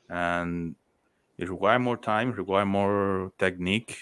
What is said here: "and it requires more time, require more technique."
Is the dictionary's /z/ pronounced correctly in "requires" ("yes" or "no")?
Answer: no